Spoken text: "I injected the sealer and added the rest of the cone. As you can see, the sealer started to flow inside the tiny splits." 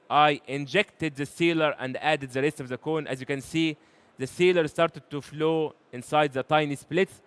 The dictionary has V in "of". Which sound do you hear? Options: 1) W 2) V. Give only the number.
2